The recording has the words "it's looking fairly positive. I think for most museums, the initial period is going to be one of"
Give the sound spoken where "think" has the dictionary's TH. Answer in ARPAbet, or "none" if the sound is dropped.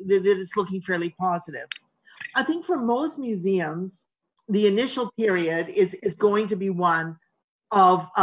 TH